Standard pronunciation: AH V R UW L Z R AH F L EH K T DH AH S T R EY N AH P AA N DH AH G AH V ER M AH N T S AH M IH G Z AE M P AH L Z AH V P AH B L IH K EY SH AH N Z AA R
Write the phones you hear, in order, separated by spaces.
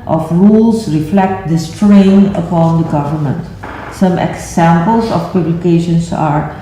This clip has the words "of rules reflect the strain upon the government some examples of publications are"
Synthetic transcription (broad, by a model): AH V R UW L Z R AH F L EH K T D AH S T R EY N AH P AA N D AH G AH V ER M AH N T S AH M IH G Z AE M P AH L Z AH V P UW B L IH K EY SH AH N S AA R